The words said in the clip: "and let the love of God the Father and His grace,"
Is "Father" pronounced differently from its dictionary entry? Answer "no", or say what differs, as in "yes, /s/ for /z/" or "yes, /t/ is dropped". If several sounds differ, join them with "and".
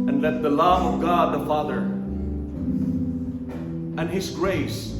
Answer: no